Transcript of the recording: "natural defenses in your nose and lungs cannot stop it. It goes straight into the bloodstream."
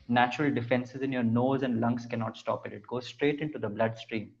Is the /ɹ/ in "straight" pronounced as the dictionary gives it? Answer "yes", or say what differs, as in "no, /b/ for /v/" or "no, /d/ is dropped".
yes